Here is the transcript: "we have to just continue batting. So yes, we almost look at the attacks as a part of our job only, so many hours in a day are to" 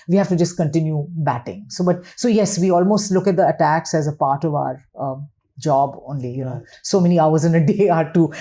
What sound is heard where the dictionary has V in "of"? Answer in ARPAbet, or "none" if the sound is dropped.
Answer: V